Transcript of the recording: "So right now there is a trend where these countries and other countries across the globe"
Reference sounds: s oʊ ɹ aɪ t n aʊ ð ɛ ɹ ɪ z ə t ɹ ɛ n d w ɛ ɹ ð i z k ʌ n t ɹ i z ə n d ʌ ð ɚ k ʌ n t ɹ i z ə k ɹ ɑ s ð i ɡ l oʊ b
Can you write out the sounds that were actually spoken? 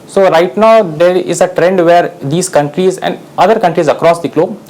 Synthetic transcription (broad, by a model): s oʊ ɹ aɪ t n aʊ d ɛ ɹ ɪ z ə t ɹ ɛ n d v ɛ ɹ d i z k ʌ n t ɹ i z ə n d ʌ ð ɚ k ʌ n t ɹ i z ə k ɹ ɑ s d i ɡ l oʊ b